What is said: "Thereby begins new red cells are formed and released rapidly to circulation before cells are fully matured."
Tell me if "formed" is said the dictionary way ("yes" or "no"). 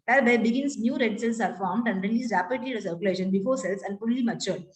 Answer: yes